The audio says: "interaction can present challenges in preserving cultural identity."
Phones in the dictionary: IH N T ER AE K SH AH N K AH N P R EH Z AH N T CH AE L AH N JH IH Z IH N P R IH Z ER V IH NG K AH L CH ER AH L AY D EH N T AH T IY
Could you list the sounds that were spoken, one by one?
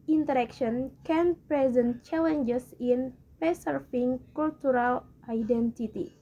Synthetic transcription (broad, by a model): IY N T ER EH K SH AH N K AH N P R EH Z AH N T CH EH L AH N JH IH S IH N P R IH S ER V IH NG K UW L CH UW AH L AY D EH N T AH T IY